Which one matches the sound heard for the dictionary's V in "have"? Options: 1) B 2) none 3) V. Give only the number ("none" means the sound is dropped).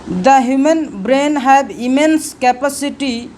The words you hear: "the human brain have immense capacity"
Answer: 1